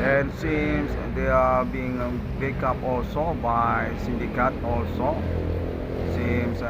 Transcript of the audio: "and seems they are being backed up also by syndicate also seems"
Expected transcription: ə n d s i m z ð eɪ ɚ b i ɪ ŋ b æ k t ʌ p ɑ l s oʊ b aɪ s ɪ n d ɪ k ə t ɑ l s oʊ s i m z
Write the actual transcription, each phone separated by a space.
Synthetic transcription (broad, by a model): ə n s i m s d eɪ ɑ b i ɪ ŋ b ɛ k ʌ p ɑ l s oʊ b aɪ s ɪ n d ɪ k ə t ɑ l s oʊ s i m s